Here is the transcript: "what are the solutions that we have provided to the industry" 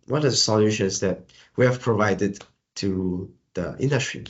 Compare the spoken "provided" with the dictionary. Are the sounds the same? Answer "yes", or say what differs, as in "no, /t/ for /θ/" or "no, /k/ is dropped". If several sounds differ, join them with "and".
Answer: yes